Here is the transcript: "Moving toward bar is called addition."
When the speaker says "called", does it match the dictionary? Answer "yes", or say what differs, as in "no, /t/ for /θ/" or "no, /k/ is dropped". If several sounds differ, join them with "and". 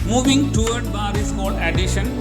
no, /d/ is dropped